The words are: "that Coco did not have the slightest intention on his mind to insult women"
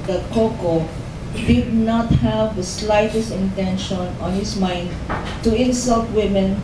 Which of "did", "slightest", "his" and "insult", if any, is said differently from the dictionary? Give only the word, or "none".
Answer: his